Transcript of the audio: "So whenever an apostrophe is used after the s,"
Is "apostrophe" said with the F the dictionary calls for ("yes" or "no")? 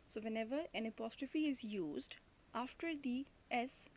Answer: yes